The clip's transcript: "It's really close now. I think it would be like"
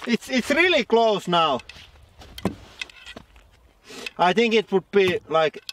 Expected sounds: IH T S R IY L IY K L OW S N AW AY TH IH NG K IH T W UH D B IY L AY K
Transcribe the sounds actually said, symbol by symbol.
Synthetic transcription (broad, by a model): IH T S R IY L IY K L OW S N AW AY TH IH NG K IH T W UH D B IY L AY K